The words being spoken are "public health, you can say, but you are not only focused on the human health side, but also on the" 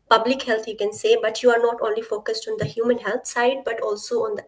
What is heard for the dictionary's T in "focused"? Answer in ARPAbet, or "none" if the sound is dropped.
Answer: T